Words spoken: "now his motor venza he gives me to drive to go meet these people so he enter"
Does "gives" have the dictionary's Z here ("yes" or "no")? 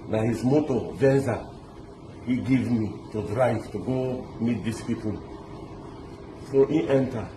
no